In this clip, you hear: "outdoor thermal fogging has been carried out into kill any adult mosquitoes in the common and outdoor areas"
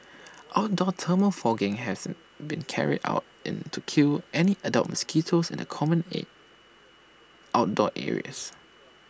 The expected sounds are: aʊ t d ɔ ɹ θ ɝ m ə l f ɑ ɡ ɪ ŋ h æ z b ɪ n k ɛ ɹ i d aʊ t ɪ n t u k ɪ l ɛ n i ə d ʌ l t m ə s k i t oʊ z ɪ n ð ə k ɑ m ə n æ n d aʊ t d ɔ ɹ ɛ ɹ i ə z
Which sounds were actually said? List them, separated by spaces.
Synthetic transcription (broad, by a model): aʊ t d ɔ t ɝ m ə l f ɑ ɡ ɪ ŋ h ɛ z b ɪ n k ɛ ɹ i d aʊ t ɪ n t u k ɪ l ɛ n i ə d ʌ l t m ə s k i t oʊ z ɪ n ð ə k ɑ m ə n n aʊ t d ɔ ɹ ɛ ɹ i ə s